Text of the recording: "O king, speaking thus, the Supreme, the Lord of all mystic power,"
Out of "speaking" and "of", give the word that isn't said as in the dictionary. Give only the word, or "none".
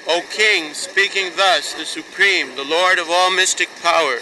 none